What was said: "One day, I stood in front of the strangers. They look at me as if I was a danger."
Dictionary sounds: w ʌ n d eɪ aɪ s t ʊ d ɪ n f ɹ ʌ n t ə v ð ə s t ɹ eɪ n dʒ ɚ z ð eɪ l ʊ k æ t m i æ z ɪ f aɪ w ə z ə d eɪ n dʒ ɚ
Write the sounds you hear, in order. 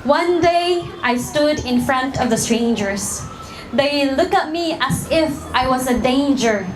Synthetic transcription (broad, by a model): w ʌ n d eɪ aɪ s t ʊ d ɪ n f ɹ ʌ n t ə v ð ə s t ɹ eɪ n dʒ ɚ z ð eɪ l ʊ k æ t m i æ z ɪ f aɪ w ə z ə d eɪ n dʒ ɚ